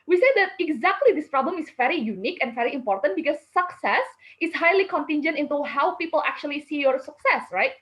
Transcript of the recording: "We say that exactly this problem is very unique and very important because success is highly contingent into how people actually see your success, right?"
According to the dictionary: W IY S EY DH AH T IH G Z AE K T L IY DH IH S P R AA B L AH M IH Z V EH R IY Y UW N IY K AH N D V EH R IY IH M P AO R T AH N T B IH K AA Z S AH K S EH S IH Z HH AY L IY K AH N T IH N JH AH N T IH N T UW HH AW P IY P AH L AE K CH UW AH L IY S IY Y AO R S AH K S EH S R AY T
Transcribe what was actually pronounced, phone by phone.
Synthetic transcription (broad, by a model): W IY S EY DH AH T IH G Z AE K T L IY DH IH S P R AA B L AH M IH S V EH R IY Y UW N IY K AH N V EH R IY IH M P AO R T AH N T B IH K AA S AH K S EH S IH S HH AY L IY K AH N T IH N JH AH N T IH N T UW HH AW P IY P AH L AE K CH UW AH L IY S IY Y AO R S AH K S EH S R AY T